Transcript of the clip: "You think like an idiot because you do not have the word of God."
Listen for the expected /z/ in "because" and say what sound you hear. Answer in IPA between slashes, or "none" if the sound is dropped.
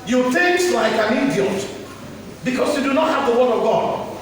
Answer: /s/